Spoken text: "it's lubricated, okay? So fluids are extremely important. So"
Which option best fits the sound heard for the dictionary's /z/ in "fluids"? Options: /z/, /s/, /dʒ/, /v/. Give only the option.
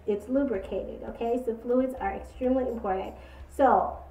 /z/